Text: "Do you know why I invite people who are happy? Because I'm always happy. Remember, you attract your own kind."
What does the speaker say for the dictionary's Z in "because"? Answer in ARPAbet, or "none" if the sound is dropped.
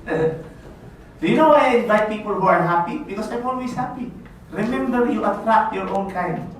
S